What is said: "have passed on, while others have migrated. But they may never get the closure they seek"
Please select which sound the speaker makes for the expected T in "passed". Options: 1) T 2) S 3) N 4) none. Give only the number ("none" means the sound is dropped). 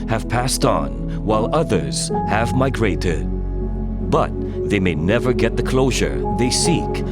1